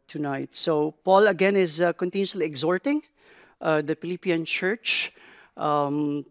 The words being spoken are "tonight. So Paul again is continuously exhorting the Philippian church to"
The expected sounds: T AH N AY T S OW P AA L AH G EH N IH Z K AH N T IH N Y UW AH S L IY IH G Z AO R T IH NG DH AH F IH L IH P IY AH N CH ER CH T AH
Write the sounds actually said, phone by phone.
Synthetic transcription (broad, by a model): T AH N AY T S OW P AA L AH G EH N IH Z K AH N T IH N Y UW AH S L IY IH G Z AO R T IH NG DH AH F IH L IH P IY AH N CH ER CH T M